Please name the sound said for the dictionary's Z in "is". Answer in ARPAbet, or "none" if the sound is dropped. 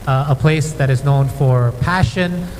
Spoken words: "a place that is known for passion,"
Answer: Z